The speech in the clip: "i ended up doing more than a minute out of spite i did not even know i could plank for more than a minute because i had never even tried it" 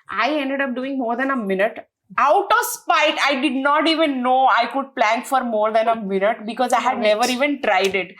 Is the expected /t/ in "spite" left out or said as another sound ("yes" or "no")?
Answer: no